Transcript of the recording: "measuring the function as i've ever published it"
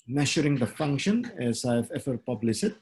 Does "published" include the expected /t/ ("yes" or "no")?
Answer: no